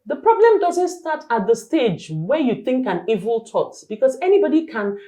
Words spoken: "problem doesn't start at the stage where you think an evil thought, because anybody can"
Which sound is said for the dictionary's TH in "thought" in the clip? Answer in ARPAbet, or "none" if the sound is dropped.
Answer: T